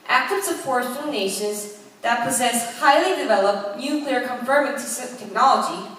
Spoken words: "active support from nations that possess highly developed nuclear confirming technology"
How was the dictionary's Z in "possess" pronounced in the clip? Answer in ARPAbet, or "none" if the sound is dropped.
Z